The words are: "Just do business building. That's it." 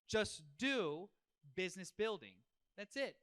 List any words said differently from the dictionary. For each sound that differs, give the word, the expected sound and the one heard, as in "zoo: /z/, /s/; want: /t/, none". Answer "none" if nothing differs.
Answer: none